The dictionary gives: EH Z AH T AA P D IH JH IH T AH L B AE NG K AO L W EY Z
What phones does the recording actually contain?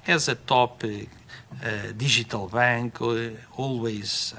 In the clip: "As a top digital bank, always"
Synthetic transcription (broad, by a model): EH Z AH T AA P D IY ZH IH T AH L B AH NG K AO L W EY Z